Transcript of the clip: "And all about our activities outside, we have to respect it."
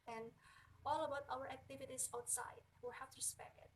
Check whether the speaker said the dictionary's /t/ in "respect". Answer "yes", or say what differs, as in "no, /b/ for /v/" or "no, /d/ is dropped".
no, /t/ is dropped